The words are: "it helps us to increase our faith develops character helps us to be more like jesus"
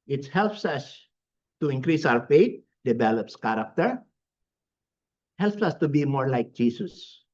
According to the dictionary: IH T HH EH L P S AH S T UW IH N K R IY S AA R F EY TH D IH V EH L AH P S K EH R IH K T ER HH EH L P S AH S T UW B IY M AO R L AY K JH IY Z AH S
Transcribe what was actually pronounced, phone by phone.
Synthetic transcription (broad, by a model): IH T HH EH L P S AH S T UW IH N K R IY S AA W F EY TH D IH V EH L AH P S K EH R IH K T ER HH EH L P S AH S T UW B IY M AO R L AY K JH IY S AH S